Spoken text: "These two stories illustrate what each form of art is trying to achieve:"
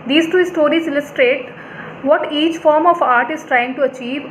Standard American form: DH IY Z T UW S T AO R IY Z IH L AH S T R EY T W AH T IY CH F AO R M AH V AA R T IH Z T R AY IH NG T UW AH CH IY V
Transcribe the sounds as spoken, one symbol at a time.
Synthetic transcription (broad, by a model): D IY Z T UW S T AO R IY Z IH L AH S T R EY T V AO T IY CH F AO R M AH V AA R T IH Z T R AY IH NG T UW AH CH IY V